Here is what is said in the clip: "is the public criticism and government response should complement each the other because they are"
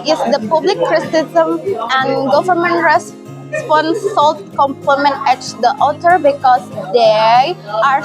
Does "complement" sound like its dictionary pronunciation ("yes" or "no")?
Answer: no